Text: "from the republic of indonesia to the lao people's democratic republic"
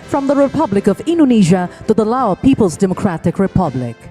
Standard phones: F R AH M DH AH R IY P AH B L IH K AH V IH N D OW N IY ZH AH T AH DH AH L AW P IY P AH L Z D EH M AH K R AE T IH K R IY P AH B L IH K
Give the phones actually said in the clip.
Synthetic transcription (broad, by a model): F R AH M DH AH R IY P AH B L IH K AH V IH N D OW N IY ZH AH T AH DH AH L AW P IY P AH L Z D EH M AH K R AE T IH K R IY P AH B L IH K